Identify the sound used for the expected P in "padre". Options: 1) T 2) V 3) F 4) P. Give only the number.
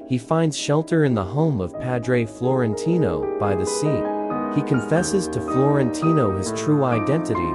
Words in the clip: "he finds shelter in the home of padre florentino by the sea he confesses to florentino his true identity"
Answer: 4